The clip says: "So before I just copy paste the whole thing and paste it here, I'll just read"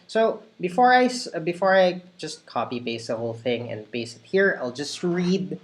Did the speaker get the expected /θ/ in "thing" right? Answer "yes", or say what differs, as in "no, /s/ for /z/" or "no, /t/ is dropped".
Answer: yes